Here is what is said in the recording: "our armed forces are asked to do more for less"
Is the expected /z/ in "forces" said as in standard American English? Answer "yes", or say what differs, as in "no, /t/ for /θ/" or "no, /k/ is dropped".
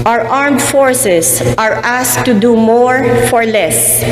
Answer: no, /s/ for /z/